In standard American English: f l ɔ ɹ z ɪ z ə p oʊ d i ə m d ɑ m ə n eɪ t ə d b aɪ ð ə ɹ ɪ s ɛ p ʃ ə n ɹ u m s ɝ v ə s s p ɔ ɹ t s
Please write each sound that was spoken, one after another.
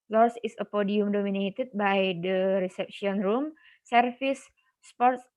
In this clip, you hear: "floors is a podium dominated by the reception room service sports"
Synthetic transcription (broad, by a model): l ɔ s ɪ s ə p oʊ d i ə m d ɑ m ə n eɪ t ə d b aɪ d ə ɹ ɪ s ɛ p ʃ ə n ɹ u m s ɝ f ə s s p ɔ ɹ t s